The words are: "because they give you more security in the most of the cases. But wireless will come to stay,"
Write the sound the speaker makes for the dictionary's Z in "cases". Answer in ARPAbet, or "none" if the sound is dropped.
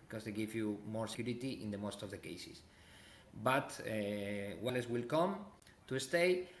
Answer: S